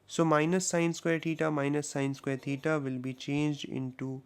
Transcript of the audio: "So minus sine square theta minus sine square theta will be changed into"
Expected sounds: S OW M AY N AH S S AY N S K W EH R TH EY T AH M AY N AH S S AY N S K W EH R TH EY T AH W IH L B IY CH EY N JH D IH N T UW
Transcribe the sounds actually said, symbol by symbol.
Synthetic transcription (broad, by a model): S OW M AY N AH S S AY N S K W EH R T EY T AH M AY N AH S S AY N S K W EH R T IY T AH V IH L B IY CH EY N JH D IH N T UW